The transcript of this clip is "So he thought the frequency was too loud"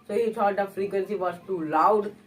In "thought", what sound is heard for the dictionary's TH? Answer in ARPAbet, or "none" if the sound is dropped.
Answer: T